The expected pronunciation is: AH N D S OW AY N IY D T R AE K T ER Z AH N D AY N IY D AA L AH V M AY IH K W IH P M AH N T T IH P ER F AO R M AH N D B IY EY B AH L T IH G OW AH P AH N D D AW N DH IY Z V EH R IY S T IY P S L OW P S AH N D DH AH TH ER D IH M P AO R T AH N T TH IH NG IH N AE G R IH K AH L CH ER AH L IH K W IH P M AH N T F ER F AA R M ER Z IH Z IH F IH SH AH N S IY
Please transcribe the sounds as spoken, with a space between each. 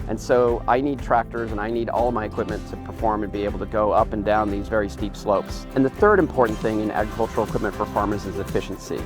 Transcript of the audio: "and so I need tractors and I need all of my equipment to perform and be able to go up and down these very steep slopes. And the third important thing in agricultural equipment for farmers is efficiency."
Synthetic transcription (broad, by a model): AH N S OW AY N IY D T R AE K T ER Z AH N AY N IY D AA L AH V M AY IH K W IH P M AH N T T IH P ER F AO R M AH N B IY EY B L T IH G OW AH P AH N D D AW N DH IY Z V EH R IY S T IY P S L OW P S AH N DH AH TH ER D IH M P AO R T N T TH IH NG IH N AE G R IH K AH L CH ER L K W IH P M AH N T F ER F AA R M ER Z IH Z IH F IH SH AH N S IY